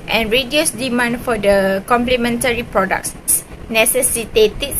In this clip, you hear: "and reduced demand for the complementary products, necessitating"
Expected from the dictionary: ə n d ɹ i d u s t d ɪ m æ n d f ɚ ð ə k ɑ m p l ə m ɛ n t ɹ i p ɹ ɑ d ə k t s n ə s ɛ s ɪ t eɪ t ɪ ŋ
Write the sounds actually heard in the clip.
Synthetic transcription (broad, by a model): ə n ɹ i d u s d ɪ m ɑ n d f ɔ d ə k ɑ m p l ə m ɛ n t ɹ i p ɹ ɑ d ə k s s n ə s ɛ s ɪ t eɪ t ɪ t